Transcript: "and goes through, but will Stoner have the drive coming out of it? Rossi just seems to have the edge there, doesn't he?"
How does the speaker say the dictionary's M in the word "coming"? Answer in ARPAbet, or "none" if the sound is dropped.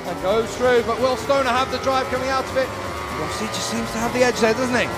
M